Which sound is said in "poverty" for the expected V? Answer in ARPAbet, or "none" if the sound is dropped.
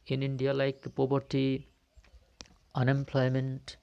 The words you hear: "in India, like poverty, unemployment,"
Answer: B